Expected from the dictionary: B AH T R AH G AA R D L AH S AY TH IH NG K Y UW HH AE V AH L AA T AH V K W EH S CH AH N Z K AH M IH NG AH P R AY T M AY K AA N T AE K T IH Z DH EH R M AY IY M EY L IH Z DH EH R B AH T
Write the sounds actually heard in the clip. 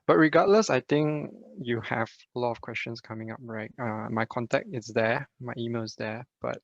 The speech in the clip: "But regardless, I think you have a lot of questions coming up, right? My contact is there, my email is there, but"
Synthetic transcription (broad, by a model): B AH T R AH G AA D L AH S AY T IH NG K Y UW HH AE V AH L AA T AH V K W EH S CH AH N S K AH M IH NG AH P R AY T M AY K AA N T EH K T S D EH M AY IY M EY L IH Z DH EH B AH T